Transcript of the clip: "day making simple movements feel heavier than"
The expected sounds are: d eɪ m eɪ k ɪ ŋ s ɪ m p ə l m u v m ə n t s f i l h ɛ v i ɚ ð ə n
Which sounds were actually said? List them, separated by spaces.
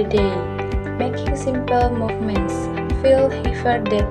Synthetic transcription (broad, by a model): d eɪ m eɪ k ɪ ŋ s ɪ m p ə l m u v m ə n t s f i l h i f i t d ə